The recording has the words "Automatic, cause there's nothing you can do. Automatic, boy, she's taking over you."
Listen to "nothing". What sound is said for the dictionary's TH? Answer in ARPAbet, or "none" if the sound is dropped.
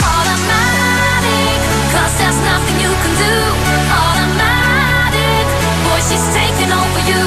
TH